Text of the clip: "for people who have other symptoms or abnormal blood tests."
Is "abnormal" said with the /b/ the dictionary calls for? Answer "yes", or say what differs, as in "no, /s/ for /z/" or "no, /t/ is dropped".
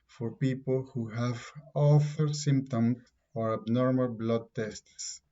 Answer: yes